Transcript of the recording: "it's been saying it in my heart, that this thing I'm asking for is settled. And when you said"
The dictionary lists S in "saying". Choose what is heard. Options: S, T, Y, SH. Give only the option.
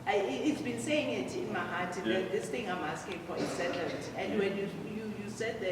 S